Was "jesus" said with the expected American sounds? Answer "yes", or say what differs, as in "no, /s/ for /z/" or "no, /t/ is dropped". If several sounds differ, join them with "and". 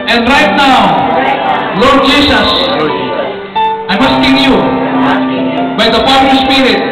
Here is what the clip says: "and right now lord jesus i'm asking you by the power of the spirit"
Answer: no, /s/ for /z/